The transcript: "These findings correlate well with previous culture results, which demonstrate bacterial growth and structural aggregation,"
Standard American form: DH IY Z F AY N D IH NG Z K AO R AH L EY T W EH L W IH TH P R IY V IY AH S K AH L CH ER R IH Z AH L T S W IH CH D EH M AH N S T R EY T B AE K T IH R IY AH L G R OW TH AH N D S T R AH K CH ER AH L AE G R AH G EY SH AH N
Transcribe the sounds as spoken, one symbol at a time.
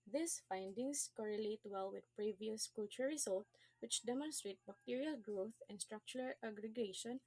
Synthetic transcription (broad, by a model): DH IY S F AY N D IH NG S K AO R AH L EY T W EH L W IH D P R IY V IY AH S K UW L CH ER R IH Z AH L T W IH CH D EH M AH N S T R EY T B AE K T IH R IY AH L G R OW TH AH N D S T R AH K CH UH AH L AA G R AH G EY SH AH N